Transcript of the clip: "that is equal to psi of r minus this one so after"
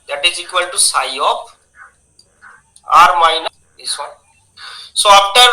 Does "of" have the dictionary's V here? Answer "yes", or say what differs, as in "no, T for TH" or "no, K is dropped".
no, P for V